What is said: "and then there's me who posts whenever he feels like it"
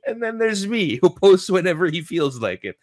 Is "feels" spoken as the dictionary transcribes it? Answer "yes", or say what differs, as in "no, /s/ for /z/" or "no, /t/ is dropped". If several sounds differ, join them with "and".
yes